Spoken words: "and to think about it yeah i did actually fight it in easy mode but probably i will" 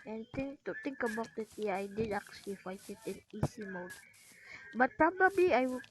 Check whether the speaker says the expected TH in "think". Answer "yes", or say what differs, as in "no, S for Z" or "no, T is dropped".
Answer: no, T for TH